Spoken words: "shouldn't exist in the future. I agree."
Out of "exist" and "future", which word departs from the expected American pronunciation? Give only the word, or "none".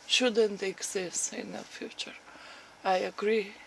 exist